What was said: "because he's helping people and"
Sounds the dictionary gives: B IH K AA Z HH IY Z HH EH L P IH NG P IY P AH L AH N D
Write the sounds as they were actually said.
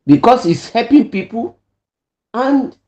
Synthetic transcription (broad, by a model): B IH K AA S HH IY S HH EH P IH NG P IY P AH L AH N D